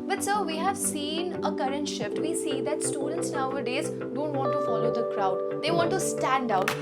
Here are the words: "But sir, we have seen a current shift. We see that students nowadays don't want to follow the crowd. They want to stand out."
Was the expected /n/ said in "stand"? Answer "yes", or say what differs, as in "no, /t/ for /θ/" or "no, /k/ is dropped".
yes